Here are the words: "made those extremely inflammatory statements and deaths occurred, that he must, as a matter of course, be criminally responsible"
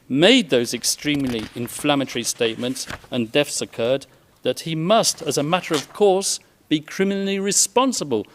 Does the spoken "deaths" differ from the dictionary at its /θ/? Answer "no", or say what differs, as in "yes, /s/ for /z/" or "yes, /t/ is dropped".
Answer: yes, /f/ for /θ/